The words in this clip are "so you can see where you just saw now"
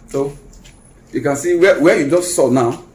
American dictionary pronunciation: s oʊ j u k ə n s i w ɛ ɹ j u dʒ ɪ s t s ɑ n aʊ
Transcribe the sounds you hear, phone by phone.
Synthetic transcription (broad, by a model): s oʊ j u k ə n s i w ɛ w j u dʒ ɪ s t s ɑ n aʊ